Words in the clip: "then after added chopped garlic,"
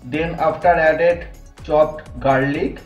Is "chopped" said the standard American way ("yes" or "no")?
no